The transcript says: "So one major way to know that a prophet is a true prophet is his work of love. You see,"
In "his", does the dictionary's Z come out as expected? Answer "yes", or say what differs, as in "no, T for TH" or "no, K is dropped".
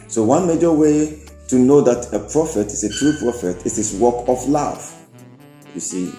no, S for Z